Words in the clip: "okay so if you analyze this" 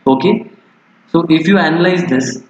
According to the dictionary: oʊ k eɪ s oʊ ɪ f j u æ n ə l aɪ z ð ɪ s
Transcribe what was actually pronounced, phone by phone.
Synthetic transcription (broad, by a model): oʊ k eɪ s oʊ ɪ f j u æ n ə l aɪ z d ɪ s